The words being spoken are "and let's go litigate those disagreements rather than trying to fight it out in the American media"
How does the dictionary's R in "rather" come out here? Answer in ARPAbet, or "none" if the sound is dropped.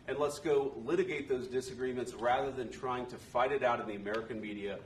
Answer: R